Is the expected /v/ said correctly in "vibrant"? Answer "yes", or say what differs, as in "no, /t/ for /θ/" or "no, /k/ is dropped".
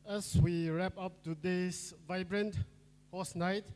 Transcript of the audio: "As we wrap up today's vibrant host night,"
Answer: yes